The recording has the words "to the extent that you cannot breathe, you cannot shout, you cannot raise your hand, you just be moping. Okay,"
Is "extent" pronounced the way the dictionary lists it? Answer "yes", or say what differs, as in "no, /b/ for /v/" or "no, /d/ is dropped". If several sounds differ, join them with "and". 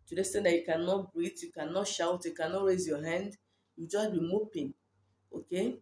no, /k/ is dropped